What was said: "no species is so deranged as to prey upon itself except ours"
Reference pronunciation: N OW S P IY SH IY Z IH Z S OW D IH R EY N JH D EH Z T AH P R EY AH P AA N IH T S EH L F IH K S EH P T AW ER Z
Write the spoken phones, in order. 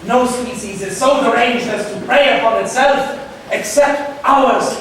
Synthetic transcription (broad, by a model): N OW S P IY S IY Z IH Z S OW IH R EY N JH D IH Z T AH P R EY AH P AA N IH T S EH L F IH K S EH P T AW ER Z